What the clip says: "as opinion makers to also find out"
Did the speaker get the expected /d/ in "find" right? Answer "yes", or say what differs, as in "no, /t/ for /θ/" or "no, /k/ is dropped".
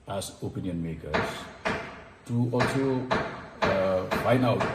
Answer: no, /d/ is dropped